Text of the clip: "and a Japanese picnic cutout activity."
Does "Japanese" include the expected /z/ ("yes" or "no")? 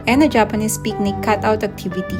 no